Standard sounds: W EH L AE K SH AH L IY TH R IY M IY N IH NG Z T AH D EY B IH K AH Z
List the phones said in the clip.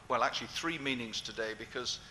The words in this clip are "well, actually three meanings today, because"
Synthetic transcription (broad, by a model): W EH L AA K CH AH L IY TH R IY M IY N IH NG Z T AH D EY B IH K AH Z